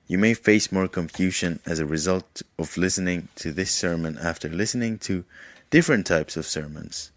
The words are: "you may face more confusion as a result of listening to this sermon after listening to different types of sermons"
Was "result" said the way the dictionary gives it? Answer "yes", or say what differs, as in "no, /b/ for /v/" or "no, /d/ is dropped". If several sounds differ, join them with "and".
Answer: yes